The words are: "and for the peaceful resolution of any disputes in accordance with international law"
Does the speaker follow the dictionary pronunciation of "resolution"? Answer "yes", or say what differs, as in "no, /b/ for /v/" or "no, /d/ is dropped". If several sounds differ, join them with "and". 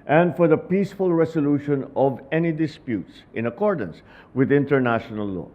no, /s/ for /z/